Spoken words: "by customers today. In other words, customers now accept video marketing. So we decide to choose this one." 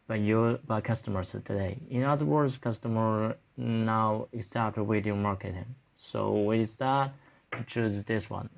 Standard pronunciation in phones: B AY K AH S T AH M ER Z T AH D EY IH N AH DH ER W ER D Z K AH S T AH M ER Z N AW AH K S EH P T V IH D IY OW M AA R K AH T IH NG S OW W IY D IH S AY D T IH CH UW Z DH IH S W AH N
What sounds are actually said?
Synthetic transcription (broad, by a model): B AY K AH S T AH M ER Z T AH D EY IH N AH DH ER W ER D Z K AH S T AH M ER N AW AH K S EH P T W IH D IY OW M AA R K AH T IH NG S OW W IY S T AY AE T IH CH UW Z DH IH S W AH N